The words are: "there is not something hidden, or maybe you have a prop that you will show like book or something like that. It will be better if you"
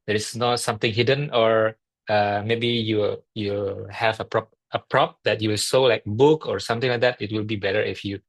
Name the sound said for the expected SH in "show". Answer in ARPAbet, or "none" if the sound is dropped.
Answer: S